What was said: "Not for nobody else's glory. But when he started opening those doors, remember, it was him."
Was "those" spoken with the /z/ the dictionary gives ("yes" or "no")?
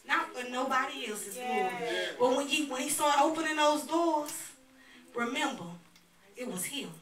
yes